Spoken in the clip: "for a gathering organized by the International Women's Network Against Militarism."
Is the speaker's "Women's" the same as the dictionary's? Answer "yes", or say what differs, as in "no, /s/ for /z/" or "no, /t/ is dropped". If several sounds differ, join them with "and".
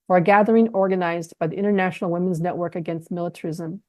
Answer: yes